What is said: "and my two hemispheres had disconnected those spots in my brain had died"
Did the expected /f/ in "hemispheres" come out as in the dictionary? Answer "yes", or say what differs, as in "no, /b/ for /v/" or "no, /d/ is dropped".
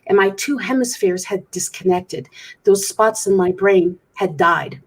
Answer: yes